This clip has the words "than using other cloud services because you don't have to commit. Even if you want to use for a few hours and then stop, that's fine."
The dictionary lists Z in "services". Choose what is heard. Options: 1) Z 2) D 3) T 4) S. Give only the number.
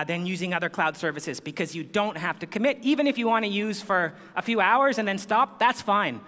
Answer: 1